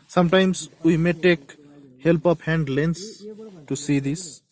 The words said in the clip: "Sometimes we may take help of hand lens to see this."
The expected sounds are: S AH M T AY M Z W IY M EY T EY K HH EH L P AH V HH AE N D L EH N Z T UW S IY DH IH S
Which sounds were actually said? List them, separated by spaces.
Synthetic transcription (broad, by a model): S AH M T AY M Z W IY M EY T EY K HH EH L P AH P HH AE N D L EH N S T UW S IY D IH S